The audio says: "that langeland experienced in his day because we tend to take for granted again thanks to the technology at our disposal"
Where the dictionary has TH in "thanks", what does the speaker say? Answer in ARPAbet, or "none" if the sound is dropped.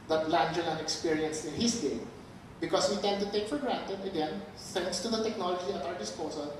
S